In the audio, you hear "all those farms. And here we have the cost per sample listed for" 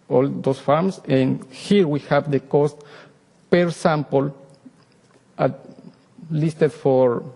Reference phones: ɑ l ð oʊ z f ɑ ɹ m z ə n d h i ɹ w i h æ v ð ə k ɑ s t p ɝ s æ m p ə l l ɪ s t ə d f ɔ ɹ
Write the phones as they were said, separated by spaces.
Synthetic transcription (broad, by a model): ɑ l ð oʊ s f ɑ ɹ m s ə n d h i ɹ w i h æ v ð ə k ɑ s t p ɝ s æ m p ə l l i s t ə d f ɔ ɹ